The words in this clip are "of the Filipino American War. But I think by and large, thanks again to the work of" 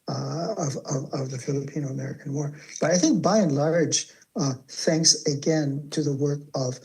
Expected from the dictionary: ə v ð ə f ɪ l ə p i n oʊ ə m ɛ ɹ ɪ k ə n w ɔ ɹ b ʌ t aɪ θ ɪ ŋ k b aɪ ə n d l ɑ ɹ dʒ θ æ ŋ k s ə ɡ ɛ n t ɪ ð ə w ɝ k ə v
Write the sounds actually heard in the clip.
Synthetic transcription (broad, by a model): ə v ð ə f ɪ l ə p i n oʊ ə m ɛ ɹ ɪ k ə n w ɔ ɹ b ʌ t aɪ θ ɪ ŋ k b aɪ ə n l ɑ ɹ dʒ θ æ ŋ k s ə ɡ ɛ n t ɪ ð ə w ɝ k ə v